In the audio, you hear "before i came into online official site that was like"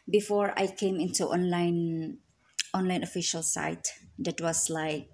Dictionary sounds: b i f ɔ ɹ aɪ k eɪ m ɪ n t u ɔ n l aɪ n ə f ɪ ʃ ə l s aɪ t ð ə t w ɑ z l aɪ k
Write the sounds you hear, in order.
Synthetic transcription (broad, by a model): b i f ɔ ɹ aɪ k eɪ m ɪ n t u ɔ n l aɪ n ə f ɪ ʃ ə l s aɪ t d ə t w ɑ s l aɪ k